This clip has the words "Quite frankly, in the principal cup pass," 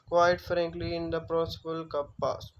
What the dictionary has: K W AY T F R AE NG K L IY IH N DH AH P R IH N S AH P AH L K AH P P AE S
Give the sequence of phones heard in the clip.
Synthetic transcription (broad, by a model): K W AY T F R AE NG K L IY IH N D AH P R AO S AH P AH L K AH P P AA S